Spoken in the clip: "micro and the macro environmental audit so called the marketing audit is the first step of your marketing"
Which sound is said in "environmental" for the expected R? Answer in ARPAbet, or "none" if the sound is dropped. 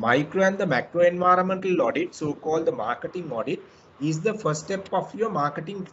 R